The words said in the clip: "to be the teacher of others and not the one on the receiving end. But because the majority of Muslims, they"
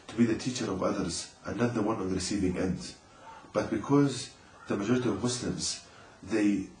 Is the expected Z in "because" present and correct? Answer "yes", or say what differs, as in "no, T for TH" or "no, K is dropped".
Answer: yes